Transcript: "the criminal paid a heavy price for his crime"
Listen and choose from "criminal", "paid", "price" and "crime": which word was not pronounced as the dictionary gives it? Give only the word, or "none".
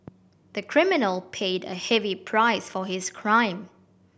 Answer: none